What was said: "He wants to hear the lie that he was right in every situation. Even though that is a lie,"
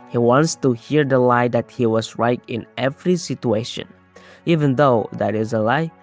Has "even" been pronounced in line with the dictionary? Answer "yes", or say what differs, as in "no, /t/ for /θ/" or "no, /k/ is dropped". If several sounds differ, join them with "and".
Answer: yes